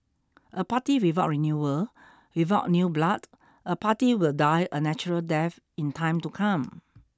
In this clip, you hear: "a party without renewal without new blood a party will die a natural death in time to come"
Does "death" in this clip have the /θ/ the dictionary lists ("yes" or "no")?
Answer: no